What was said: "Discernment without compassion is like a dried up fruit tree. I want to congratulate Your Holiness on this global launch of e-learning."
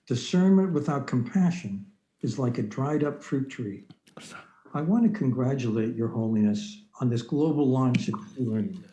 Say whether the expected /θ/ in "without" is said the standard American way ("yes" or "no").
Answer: yes